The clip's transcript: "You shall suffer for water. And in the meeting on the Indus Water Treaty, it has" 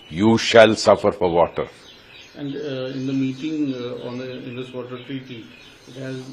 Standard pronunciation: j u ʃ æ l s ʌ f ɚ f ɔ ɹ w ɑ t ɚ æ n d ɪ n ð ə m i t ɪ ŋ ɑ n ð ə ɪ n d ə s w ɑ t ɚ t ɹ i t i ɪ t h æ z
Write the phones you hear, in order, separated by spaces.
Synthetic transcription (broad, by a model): j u ʃ æ l s ʌ f ɚ f ɔ ɹ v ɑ t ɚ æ n d ɪ n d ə m i t ɪ ŋ ɑ n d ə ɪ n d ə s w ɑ t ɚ t ɹ i t i ɪ t h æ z